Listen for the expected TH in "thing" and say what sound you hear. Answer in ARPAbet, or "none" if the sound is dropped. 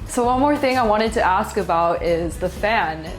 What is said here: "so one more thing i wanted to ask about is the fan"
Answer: TH